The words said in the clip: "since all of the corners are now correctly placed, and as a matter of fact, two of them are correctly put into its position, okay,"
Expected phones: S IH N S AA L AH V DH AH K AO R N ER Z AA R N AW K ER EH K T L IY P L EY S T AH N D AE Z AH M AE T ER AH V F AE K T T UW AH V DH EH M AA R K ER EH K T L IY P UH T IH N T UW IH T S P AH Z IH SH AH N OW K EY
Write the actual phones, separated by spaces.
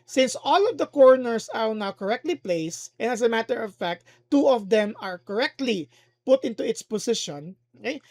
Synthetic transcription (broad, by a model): S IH N S AA L AH V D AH K AO R N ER S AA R N AW K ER EH K T L IY P L EY S T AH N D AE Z AH M AE T ER AH V F AE K T T UW AH V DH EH M AA R K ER EH K T L IY P UH T IH N T UW IH T S P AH S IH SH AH N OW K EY